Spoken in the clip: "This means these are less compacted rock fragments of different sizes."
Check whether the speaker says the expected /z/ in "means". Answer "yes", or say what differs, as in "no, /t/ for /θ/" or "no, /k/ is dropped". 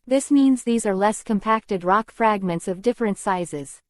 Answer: yes